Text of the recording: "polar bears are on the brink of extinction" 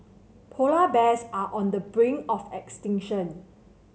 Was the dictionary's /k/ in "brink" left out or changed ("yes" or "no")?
yes